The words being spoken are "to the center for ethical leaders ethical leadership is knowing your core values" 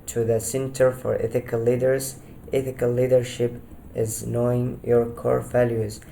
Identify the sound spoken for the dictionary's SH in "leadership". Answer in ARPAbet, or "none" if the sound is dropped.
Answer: SH